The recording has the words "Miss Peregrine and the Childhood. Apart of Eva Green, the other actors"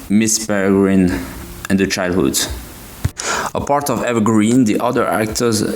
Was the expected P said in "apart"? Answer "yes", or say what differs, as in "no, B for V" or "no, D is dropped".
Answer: yes